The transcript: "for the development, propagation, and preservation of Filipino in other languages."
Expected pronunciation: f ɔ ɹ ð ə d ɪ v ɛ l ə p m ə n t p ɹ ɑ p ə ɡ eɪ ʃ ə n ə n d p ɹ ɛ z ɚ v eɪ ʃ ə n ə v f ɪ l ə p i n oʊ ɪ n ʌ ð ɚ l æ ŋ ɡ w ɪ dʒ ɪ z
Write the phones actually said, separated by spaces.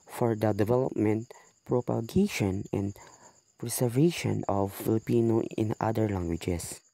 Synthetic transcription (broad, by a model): f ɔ ɹ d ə d ɪ v ɛ l ə p m ə n t p ɹ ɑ p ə ɡ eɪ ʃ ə n ə n d p ɹ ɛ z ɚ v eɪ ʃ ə n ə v f ɪ l ə p i n oʊ ɪ n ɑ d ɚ l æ ŋ ɡ w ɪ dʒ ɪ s